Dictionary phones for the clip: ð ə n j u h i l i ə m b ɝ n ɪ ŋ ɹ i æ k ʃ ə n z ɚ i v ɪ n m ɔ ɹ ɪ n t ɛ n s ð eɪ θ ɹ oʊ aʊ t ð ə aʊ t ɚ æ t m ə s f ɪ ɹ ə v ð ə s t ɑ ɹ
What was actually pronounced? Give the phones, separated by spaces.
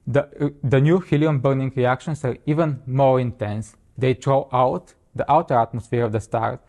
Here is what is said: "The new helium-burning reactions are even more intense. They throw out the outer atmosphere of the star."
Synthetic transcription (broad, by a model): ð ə n j u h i l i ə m b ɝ n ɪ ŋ ɹ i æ k ʃ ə n s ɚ i v ɪ n m ɔ ɹ ɪ n t ɛ n s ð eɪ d ɹ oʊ aʊ t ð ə aʊ t ɚ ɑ t m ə s f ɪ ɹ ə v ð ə s t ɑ ɹ